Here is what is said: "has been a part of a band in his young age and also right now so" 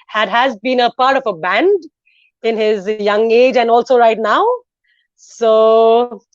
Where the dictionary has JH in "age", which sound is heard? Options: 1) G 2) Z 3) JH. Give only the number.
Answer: 3